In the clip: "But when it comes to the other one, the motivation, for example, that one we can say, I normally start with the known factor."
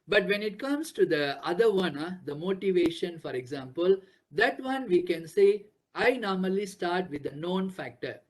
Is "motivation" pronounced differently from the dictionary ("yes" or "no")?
no